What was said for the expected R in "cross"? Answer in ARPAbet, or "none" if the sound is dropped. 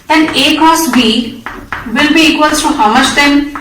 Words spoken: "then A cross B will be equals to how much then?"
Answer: none